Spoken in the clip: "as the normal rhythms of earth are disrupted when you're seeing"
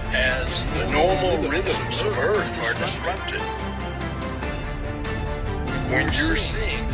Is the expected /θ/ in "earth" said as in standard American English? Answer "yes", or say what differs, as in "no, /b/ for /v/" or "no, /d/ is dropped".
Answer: yes